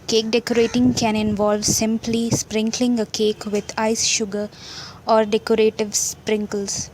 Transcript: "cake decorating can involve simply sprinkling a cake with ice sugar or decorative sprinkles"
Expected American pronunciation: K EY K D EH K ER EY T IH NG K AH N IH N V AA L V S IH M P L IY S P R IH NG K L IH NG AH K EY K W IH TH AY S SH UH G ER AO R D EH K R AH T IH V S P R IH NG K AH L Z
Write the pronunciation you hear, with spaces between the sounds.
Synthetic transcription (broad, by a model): K EY K D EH K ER EY T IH NG K AH N IH N V AA L V S IH M P L IY S P R IH NG K L IH NG AH K EY K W IH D AY S SH UH G ER AO R D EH K R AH T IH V S P R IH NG K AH L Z